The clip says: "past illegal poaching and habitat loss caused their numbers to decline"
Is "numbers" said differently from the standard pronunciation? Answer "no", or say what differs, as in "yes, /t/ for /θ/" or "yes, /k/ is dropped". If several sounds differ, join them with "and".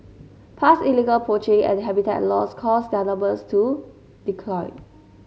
yes, /m/ is dropped and /s/ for /z/